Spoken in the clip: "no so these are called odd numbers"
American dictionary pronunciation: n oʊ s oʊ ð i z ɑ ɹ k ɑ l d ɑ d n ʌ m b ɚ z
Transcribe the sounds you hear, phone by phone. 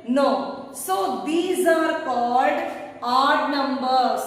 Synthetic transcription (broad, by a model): n oʊ s oʊ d i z ɑ ɹ k ɑ l d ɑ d n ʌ m b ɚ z